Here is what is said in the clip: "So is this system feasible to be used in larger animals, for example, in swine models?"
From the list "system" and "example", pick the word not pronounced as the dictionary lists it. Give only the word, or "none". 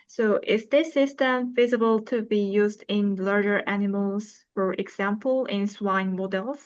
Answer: none